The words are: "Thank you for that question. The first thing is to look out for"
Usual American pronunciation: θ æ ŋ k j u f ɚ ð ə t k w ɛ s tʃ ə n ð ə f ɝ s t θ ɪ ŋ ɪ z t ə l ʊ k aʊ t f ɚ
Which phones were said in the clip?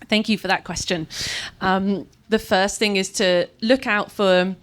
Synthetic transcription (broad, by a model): θ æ ŋ k j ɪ f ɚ ð ə t k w ɛ s tʃ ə n ð ə f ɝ s θ ɪ ŋ ɪ z t ə l ʊ k aʊ t f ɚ